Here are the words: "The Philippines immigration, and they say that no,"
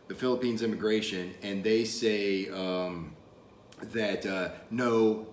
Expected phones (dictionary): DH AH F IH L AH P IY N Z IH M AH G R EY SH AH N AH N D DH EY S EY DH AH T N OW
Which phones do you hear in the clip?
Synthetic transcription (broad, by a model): DH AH F IH L AH P IY N Z IH M AH G R EY SH AH N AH N DH EY S EY DH AH T N OW